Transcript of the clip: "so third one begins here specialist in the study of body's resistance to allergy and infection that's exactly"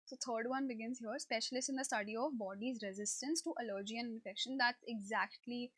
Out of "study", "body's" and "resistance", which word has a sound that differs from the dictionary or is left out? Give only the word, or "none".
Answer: none